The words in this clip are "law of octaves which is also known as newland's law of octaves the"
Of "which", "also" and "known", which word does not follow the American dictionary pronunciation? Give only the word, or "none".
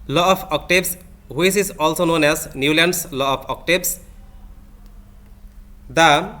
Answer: which